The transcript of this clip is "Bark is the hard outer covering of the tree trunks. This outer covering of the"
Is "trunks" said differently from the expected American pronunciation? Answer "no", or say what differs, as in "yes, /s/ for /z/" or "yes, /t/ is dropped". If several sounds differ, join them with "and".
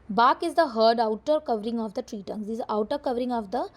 yes, /ɹ/ is dropped